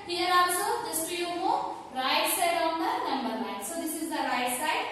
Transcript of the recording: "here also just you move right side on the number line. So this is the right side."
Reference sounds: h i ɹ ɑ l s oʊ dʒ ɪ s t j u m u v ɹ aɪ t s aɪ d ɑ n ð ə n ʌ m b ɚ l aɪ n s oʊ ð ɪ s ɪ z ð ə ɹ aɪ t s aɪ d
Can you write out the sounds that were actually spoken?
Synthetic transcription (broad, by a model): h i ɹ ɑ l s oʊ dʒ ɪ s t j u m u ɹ aɪ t s aɪ d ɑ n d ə n ʌ m b ɚ n aɪ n s oʊ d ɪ s ɪ z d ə ɹ aɪ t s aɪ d